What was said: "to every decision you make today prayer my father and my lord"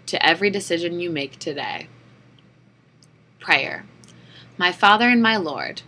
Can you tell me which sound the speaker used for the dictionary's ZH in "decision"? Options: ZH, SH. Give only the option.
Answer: ZH